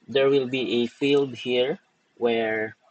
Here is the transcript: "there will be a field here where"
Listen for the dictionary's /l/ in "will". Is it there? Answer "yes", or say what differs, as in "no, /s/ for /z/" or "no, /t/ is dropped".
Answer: yes